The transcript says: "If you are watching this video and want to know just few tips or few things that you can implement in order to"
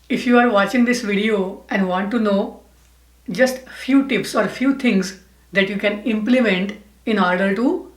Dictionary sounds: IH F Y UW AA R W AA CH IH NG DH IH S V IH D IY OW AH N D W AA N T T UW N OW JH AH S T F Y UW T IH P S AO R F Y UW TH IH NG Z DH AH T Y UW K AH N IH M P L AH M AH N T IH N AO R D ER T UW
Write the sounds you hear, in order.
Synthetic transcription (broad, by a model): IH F Y UW AA R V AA CH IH NG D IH S V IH D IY OW AH N D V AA N T T UW N OW JH AH S T F Y UW T IH P S AO R F Y UW T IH NG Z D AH T Y UW K AH N IH M P L AH M AH N T IH N AO R D ER T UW